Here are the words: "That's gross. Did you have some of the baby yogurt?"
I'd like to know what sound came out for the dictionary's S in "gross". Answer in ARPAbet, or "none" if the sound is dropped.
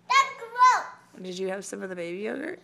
none